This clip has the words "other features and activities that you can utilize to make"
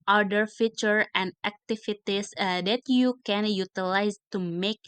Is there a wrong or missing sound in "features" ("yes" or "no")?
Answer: yes